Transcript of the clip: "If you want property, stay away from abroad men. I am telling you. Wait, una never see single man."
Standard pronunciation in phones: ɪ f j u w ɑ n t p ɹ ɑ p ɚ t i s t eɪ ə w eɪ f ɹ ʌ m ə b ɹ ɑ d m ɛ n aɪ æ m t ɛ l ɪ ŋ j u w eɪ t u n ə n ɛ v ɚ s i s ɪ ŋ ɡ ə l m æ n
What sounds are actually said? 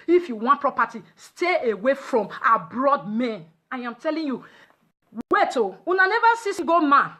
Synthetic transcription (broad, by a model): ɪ f j u w ɑ n t p ɹ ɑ p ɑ t i s t eɪ ə w eɪ f ɹ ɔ m ə b ɹ ɑ d m ɛ n aɪ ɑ m t ɛ l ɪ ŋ j u w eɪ t u n ə n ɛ v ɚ s i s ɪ ɡ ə m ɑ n